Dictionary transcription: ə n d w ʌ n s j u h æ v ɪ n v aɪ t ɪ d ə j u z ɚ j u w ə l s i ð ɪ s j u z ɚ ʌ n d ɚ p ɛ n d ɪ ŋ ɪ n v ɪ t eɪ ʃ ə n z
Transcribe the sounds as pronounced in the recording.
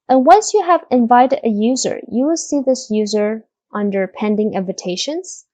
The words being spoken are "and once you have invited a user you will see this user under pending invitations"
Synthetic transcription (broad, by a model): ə n w ʌ n s j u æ v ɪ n v aɪ t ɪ d ə j u z ɚ j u w ə l s i ð ɪ s j u z ɚ ʌ n d ɚ p ɛ n d ɪ ŋ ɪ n v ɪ t eɪ ʃ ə n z